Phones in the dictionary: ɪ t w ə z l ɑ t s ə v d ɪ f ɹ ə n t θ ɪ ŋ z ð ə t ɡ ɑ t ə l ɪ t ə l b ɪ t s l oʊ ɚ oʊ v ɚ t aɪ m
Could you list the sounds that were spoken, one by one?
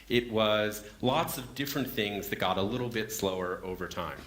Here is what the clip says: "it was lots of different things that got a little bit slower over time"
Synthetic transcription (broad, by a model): ɪ t w ə z l ɑ t s ə v d ɪ f ɹ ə n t θ ɪ ŋ z ð ə t ɡ ɑ t ə l ɪ t l b ɪ t s l oʊ ɚ oʊ v ɚ t aɪ m